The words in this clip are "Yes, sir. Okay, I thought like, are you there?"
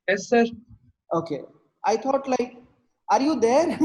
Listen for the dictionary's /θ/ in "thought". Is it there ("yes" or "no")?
no